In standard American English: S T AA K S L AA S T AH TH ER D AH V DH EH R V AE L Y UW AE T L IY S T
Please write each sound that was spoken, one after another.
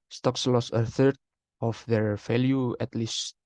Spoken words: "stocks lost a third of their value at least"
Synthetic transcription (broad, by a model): S T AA K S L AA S AH TH ER D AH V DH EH R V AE L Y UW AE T L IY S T